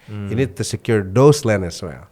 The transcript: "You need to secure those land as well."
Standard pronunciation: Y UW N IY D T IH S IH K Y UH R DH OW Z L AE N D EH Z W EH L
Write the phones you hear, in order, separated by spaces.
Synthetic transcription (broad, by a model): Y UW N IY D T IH S IH K Y UH R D OW S L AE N EH S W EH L